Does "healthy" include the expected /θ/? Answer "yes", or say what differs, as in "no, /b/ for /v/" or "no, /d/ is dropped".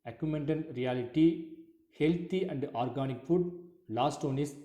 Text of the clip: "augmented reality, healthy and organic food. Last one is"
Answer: no, /t/ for /θ/